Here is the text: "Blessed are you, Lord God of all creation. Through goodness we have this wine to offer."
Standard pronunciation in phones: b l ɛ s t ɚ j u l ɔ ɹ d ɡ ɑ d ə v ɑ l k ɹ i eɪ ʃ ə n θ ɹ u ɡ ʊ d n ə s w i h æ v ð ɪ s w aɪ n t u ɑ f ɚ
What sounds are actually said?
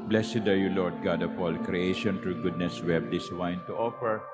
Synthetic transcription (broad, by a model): b l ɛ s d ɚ j u l ɔ ɹ d ɡ ɑ d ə p ɑ l k ɹ i eɪ ʃ ə n t ɹ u ɡ ʊ d n ə s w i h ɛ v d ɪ s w aɪ n t u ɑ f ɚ